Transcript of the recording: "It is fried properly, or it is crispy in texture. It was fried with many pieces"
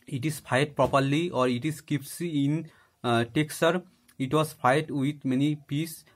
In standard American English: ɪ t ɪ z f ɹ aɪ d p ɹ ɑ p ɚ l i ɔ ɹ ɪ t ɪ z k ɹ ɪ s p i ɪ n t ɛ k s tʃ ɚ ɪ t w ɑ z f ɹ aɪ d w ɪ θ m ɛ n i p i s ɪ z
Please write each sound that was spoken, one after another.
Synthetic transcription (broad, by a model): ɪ t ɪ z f aɪ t p ɹ ɑ p ɚ l i ɔ ɹ ɪ t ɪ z k ɪ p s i ɪ n t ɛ k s ɚ ɪ t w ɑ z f aɪ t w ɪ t m ɛ n i p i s